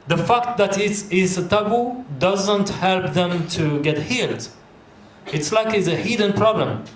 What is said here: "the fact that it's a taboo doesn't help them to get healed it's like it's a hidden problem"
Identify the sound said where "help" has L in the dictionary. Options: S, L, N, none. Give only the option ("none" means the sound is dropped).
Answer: L